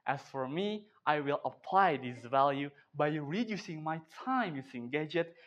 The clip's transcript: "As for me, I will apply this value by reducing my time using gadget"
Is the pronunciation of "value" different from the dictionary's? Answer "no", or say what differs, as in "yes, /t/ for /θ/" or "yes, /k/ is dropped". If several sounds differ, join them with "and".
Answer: no